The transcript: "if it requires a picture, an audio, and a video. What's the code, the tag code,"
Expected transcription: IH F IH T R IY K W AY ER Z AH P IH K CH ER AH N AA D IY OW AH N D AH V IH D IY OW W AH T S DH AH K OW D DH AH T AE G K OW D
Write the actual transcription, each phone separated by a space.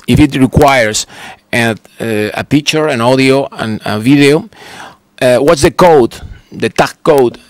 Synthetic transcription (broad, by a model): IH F IH T R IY K W AY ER S AH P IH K CH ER AH N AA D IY OW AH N AH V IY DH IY OW W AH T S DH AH K OW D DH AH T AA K OW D